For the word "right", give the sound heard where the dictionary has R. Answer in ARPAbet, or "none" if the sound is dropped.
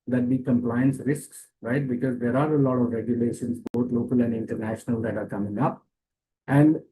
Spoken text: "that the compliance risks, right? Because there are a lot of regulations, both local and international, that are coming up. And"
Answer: R